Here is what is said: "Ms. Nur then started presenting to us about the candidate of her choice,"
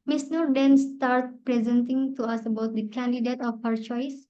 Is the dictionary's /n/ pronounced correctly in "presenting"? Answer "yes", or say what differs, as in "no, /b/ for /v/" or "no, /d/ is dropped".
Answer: yes